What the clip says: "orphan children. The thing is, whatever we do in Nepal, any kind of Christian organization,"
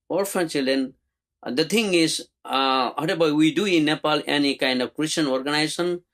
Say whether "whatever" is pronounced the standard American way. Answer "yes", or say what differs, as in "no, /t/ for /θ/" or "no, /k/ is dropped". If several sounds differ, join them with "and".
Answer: no, /b/ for /v/